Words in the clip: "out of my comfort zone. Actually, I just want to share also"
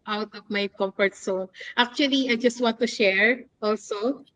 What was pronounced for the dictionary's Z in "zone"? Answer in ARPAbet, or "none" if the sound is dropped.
S